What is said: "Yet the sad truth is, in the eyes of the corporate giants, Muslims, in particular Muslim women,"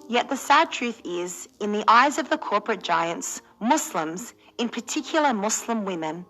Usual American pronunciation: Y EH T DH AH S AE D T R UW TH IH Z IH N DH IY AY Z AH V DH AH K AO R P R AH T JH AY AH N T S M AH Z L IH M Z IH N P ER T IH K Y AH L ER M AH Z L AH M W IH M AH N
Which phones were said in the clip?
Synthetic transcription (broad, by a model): Y EH T DH AH S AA D T R UW TH IH Z IH N DH IY AY Z AH V DH AH K AO R P R AH T JH AY AH N T S M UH S L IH M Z IH N P ER T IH K Y L ER M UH S L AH M W IH M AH N